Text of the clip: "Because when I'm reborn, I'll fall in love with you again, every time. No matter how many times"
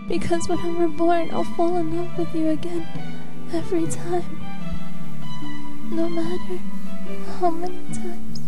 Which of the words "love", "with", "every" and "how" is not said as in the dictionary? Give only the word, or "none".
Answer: love